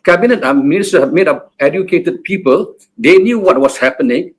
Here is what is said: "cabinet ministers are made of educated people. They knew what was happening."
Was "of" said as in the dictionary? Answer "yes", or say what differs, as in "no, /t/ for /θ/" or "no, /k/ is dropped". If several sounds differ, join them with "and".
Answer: no, /p/ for /v/